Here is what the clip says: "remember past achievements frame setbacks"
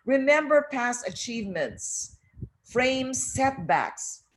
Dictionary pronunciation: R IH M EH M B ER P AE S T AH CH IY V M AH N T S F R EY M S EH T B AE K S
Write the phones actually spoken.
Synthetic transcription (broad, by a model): R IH M EH M B ER P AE S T AH CH IY V M AH N T S F R EY M S EH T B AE K S